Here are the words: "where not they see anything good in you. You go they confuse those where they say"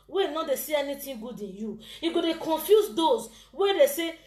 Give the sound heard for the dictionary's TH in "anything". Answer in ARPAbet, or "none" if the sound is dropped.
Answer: T